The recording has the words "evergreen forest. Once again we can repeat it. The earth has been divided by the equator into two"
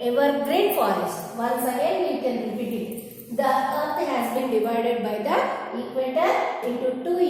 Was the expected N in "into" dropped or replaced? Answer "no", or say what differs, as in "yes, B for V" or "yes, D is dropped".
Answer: yes, N is dropped